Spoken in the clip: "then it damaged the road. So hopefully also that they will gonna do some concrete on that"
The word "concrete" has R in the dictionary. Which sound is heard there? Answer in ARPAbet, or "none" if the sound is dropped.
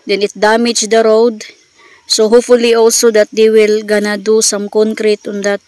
R